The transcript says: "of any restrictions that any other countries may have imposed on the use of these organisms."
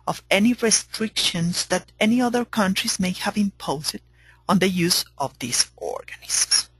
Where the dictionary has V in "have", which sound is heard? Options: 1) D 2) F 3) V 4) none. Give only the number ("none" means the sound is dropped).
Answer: 3